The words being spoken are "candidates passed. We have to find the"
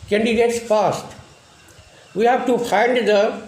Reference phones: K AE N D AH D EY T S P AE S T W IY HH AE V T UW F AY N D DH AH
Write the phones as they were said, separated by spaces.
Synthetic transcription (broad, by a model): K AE N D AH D EY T S F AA S T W IY HH AE V T UW F AY N D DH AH